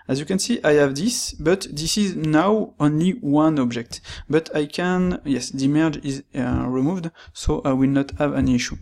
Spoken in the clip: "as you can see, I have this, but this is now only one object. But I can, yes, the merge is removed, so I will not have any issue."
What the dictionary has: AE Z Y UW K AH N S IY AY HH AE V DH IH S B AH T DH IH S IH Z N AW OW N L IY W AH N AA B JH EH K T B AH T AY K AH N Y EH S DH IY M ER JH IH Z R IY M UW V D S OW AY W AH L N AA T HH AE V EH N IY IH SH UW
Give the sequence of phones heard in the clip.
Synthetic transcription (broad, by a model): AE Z Y UW K AH N S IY AY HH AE V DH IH S B AH T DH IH S IH Z N AW OW N L IY W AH N AA B JH EH K T B AH T AY K AH N Y EH S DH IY M ER JH IH Z R IY M UW V D S OW AY W AH L N AA T HH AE V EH N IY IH SH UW